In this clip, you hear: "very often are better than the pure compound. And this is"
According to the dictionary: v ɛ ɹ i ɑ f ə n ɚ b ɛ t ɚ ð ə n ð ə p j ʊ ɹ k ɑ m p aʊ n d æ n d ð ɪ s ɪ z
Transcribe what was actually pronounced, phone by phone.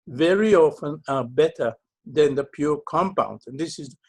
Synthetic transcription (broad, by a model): v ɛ ɹ i ɑ f ə n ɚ b ɛ t ɚ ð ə n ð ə p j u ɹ k ɑ m p aʊ n d n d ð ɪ s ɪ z